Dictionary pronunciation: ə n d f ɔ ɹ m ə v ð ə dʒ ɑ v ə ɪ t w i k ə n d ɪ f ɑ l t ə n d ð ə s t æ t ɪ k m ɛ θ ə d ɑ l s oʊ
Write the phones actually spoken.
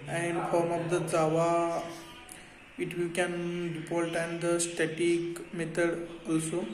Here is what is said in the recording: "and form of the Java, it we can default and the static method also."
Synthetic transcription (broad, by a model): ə n d f ɔ ɹ m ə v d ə z ɑ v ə ɪ t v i k ə n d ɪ p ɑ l t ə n d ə s t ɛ t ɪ k m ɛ t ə d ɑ l s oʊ